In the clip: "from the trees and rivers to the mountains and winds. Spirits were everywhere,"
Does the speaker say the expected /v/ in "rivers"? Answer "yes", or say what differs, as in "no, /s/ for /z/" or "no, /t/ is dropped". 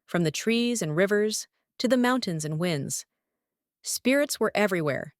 yes